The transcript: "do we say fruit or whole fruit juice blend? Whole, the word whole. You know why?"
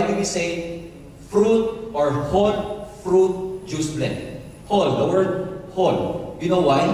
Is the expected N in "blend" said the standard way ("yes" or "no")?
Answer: no